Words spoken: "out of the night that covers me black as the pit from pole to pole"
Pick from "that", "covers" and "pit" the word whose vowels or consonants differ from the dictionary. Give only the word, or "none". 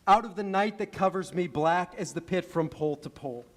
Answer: none